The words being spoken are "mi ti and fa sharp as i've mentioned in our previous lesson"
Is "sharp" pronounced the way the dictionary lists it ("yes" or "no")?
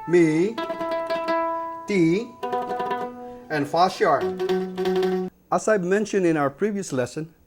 no